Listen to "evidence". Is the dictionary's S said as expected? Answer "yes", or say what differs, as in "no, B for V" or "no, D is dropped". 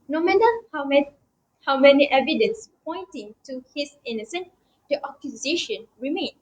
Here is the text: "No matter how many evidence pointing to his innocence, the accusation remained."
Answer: yes